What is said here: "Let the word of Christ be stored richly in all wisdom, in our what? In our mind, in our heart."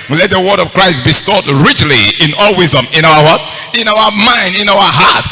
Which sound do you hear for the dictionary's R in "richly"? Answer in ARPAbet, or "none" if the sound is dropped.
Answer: R